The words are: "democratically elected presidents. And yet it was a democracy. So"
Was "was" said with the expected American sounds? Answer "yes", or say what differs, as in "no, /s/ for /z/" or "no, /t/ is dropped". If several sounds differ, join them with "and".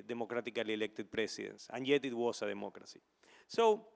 no, /s/ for /z/